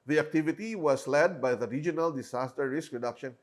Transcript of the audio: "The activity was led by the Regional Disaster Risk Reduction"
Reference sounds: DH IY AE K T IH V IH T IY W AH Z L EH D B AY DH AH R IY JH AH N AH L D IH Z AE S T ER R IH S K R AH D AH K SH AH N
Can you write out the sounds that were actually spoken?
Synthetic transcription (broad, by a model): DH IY AE K T IH V IH T IY W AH S L EH D B AY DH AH R IY JH AH N AH L D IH S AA S T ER R IH S K R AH D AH K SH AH N